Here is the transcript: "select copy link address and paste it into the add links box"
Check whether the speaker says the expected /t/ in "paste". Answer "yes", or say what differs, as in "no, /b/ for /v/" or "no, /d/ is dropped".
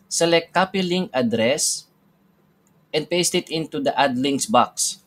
yes